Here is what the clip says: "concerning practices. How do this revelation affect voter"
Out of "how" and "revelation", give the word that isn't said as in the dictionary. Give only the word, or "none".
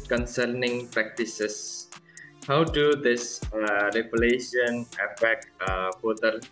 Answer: revelation